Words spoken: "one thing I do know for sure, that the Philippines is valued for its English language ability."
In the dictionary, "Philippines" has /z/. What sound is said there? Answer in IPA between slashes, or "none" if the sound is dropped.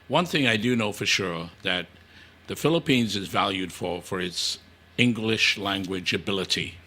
/z/